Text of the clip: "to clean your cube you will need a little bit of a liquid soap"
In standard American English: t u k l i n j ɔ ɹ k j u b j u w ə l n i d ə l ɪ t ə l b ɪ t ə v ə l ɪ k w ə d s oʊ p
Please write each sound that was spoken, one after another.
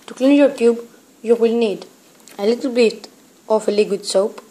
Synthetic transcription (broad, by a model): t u k l i n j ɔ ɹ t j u b j u w ə l n i d ə l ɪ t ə l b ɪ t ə f ə l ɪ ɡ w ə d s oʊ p